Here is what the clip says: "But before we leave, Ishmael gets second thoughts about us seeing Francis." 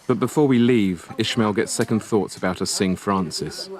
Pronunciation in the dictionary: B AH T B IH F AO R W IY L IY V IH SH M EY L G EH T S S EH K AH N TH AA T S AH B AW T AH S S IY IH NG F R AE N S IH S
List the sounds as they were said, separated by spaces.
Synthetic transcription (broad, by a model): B AH T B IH F AO W IY L IY V IH SH M EY L G EH T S S EH K AH N TH AA T S AH B AW T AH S S IH NG F R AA N S IH S